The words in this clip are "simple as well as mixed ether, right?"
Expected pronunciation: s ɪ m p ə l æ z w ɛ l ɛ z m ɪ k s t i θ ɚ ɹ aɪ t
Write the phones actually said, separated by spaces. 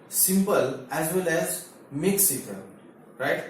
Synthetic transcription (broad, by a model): s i m p ə l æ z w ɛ l ɛ z m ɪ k s i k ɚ ɹ aɪ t